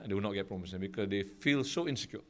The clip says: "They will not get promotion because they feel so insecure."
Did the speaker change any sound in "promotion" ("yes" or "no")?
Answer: yes